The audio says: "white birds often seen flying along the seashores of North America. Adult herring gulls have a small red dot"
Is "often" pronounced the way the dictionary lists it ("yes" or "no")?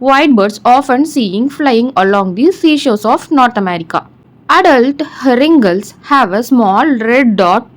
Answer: yes